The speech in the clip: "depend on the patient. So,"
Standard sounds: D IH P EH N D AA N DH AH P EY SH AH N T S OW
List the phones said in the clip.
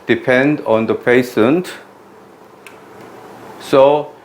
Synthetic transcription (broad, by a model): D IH P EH N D AA N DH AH P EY S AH N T S OW